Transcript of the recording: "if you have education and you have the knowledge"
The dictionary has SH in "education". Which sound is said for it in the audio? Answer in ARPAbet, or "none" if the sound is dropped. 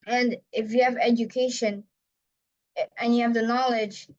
SH